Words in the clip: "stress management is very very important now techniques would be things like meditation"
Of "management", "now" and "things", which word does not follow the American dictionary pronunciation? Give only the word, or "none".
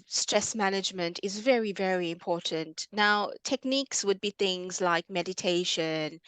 none